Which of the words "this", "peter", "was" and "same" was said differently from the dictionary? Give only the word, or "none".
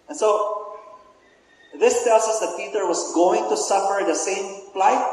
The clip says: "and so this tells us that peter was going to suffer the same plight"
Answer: was